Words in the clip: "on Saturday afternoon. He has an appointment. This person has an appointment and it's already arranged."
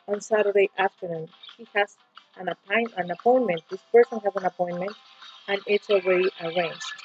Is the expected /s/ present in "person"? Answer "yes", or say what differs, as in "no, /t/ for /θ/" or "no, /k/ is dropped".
yes